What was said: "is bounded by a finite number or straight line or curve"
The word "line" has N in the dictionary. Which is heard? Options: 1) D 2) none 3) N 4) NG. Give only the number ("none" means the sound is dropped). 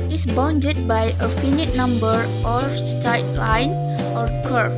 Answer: 3